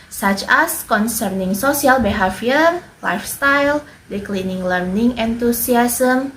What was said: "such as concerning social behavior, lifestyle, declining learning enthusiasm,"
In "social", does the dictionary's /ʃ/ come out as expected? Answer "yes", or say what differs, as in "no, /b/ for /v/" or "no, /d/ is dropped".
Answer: no, /s/ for /ʃ/